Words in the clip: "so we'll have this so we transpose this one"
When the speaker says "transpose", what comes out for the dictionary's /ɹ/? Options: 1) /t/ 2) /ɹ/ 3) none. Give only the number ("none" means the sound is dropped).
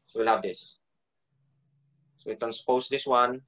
3